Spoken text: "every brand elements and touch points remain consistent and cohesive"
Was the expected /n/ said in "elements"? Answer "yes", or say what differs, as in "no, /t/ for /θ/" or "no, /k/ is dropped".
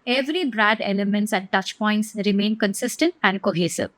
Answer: yes